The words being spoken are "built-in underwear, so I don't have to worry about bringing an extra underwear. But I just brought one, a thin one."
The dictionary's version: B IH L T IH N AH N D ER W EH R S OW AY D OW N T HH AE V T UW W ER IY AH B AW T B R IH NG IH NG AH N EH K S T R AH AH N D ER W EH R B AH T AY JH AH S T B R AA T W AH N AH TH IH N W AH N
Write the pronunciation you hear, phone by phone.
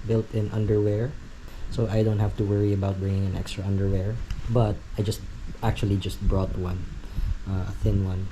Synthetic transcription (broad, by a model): B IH L T IH N AH N D ER W EH R S OW AY D OW N T HH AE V T UW W ER IY AH B AW T B R IH NG IH NG AH N EH K S T R AH AH N D ER W EH R B AH T AY JH AH S T B R AA T W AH N AH TH IH N W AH N